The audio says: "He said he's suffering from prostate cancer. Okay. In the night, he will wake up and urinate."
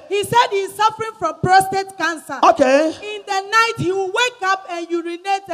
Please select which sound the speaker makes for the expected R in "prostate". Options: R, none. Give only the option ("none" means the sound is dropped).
R